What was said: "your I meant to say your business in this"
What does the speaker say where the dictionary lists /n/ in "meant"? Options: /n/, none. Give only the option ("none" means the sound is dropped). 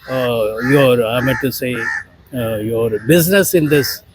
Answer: none